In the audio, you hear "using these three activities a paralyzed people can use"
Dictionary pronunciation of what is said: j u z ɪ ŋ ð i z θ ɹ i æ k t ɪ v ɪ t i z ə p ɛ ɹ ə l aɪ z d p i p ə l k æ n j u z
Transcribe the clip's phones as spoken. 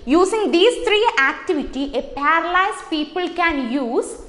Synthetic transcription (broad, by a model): j u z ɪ ŋ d i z t ɹ i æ k t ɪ v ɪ t i ə p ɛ ɹ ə l aɪ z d p i p ə l k æ n j u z